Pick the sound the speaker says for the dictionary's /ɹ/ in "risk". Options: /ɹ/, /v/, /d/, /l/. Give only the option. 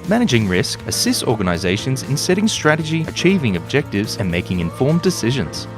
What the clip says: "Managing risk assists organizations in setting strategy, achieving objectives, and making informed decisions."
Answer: /ɹ/